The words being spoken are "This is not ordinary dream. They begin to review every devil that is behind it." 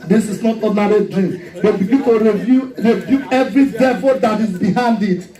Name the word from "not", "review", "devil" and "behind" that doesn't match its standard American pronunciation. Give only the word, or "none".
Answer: review